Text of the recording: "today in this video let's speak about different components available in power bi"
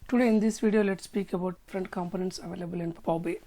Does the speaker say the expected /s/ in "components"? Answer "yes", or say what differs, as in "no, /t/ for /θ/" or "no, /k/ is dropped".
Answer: yes